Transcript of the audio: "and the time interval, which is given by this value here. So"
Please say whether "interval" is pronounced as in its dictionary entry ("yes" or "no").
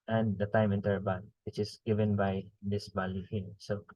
no